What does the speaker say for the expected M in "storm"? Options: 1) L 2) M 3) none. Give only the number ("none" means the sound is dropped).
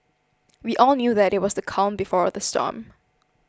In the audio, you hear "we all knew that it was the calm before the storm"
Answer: 2